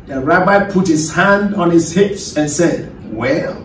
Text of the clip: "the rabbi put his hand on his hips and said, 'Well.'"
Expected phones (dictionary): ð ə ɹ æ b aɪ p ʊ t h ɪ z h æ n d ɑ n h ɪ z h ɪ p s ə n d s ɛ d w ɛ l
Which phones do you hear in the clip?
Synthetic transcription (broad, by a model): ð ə ɹ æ b aɪ p ʊ t h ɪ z h æ n d ɑ n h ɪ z h ɪ p s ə n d s ɛ d w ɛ l